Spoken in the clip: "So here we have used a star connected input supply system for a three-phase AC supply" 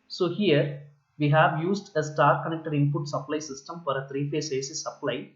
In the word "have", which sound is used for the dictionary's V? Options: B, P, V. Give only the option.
V